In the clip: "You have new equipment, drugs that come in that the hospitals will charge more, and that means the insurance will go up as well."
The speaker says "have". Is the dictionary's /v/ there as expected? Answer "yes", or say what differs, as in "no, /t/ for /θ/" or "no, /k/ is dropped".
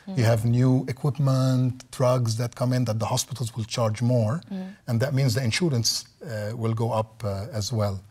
yes